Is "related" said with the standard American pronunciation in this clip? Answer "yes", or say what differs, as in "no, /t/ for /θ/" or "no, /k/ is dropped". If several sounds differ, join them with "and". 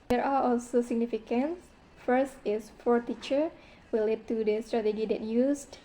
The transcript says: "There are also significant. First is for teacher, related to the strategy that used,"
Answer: no, /w/ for /ɹ/